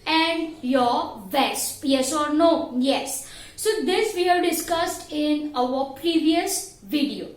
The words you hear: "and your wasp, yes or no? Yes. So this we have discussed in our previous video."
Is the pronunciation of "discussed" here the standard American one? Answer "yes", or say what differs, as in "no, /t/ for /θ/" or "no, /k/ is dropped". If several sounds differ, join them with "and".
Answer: yes